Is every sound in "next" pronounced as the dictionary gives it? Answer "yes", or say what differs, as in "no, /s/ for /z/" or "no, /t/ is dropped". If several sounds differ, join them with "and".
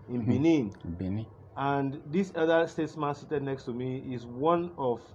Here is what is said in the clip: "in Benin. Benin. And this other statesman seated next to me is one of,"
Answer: yes